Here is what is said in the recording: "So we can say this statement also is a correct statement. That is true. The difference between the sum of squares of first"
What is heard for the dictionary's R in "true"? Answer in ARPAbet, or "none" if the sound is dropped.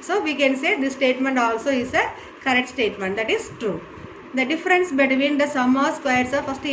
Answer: R